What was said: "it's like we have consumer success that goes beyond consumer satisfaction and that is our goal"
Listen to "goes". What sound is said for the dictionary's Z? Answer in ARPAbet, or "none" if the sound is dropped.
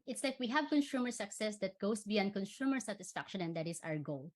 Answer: S